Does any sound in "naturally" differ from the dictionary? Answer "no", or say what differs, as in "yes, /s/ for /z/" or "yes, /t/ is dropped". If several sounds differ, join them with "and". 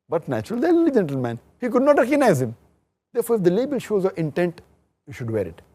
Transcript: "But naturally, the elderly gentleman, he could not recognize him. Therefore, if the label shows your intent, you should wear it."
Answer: yes, /ɹ/ is dropped